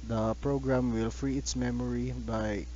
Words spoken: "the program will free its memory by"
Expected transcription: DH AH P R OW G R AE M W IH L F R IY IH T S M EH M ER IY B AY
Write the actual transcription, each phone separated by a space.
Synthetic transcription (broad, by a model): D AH P R OW G R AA M W IH L F R IY IH T S M EH M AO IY B AY